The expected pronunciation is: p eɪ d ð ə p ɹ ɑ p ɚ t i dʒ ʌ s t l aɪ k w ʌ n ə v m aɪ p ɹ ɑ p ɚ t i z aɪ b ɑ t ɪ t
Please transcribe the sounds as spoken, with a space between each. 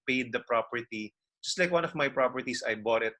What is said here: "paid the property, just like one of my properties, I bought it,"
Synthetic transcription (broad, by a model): p eɪ d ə p ɹ ɑ p ɚ t i dʒ ʌ s t l aɪ k w ʌ n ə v m aɪ p ɹ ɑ p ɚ t i s aɪ b ɑ t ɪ t